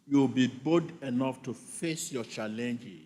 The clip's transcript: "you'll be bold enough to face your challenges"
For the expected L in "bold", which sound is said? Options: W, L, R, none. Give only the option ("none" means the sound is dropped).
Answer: none